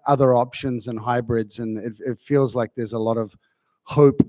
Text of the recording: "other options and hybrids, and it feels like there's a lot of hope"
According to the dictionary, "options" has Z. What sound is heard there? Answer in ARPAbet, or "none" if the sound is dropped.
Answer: Z